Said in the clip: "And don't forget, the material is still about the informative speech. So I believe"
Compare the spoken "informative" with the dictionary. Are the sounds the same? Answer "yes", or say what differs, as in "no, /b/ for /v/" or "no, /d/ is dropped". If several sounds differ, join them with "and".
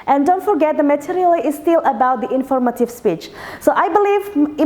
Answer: yes